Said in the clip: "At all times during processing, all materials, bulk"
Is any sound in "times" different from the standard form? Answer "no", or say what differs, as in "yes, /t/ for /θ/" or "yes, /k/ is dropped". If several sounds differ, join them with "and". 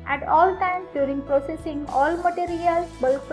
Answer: yes, /z/ is dropped